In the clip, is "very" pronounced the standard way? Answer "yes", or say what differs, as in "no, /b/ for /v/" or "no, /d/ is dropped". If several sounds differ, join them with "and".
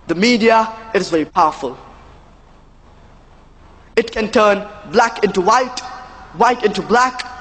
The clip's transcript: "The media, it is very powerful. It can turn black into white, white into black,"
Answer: yes